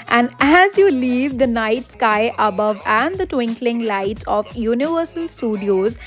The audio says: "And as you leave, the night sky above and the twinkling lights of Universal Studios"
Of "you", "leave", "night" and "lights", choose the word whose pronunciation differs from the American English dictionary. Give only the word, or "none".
lights